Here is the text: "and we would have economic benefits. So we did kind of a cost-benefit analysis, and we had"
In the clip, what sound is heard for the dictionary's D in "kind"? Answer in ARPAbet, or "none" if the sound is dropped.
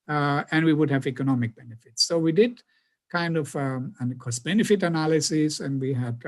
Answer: D